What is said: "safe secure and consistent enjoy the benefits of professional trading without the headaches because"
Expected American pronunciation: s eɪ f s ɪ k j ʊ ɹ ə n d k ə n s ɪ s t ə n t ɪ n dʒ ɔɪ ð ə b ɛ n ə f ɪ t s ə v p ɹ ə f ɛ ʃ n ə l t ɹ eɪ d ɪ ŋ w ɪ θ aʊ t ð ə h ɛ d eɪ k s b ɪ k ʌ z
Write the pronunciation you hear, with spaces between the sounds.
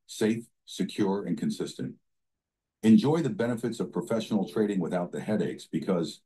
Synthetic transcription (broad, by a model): s eɪ f s ɪ k j ʊ ɹ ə n k ə n s ɪ s t ə n t ɪ n dʒ ɔɪ ð ə b ɛ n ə f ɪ t s ə v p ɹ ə f ɛ ʃ n l t ɹ eɪ d ɪ ŋ w ɪ θ aʊ t ð ə h ɛ d eɪ k s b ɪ k ʌ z